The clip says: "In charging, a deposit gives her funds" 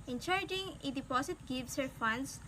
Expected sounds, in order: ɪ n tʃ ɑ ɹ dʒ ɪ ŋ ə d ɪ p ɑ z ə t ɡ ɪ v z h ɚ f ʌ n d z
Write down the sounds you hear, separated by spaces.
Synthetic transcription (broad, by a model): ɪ n tʃ ɑ ɹ dʒ ɪ ŋ ə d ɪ p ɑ s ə t ɡ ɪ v s h ɚ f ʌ n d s